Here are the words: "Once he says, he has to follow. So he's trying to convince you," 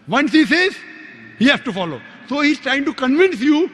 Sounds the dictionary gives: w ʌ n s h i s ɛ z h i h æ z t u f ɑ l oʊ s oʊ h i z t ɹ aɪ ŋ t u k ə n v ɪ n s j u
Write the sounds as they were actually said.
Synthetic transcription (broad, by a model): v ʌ n s h i s ɛ z h i h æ s t u f ɑ l oʊ s oʊ h i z t ɹ aɪ ŋ t u k ə n v ɪ n s j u